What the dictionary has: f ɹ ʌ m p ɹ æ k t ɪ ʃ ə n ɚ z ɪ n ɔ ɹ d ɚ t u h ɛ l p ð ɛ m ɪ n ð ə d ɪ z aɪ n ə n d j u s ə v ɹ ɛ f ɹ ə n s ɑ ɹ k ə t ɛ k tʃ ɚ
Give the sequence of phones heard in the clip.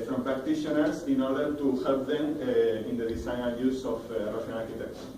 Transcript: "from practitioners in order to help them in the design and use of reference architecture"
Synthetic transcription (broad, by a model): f ɹ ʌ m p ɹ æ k t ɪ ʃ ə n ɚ s ɪ n ɔ ɹ d ɚ t u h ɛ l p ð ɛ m ɪ n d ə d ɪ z aɪ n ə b j u s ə f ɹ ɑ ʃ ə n ɑ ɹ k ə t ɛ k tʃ